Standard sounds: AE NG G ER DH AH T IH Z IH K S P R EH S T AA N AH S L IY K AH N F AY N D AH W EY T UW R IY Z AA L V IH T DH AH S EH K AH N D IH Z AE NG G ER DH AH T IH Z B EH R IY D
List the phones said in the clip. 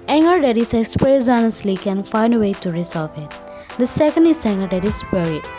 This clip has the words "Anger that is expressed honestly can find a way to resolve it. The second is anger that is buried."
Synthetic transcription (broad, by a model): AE NG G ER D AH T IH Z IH K S P R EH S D AA N AH S L IY K AH N F AY N D AH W EY T UW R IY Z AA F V IH T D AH S EH K AH N D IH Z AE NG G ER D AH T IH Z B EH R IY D